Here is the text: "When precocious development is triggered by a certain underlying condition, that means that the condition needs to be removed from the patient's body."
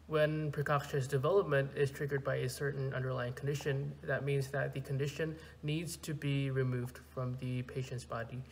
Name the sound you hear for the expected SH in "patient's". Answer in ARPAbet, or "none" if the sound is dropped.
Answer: SH